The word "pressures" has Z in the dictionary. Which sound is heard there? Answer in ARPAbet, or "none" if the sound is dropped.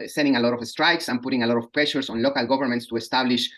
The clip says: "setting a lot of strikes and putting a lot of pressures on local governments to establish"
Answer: S